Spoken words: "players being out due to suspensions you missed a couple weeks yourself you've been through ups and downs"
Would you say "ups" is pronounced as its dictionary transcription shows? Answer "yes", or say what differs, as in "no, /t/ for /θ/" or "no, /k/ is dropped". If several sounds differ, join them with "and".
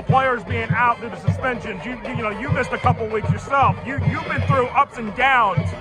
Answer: yes